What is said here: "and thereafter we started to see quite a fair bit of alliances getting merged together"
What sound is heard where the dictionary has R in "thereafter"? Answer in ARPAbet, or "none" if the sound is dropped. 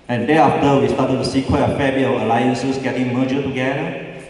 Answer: none